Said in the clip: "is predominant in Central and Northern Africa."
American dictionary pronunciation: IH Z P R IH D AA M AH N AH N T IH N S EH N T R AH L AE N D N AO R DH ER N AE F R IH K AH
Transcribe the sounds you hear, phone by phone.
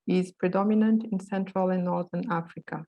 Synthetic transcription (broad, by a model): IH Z P R IH D AA M AH N AH N T IH N S EH N T R AH L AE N N AO R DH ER N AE F R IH K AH